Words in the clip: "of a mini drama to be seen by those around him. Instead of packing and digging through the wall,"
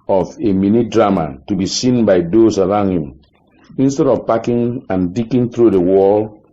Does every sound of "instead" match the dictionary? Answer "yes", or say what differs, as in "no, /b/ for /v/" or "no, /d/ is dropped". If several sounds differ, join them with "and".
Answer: yes